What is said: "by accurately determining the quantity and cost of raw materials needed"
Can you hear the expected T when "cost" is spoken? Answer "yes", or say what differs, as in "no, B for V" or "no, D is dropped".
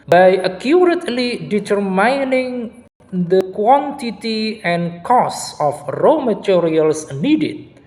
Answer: no, T is dropped